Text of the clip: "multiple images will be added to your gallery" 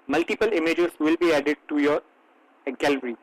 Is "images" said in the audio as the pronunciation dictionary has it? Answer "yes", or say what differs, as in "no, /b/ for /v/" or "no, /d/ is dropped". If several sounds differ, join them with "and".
no, /s/ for /z/